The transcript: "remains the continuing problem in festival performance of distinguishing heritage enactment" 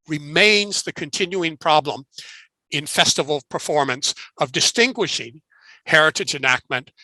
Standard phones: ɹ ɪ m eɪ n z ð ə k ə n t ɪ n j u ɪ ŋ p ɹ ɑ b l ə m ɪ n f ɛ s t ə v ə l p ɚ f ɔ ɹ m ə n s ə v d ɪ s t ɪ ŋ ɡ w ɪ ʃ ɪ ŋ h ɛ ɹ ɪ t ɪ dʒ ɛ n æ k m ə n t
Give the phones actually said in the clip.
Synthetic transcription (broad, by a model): ɹ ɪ m eɪ n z ð ə k ə n t ɪ n j u ɪ ŋ p ɹ ɑ b l ə m ɪ n f ɛ s t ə v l p ɚ f ɔ ɹ m ə n s ə v d ɪ s t ɪ ŋ ɡ w ɪ ʃ ɪ ŋ h ɛ ɹ ɪ t ɪ dʒ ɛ n æ k m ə n t